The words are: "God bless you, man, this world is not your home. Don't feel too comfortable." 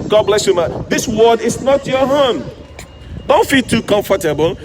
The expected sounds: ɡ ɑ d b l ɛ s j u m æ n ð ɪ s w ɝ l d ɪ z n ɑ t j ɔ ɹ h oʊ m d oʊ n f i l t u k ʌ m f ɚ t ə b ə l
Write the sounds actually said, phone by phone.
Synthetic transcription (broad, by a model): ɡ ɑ d b l ɛ s j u m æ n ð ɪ s w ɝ d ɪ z n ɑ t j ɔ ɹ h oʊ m d oʊ n f i l t u k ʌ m f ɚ t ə b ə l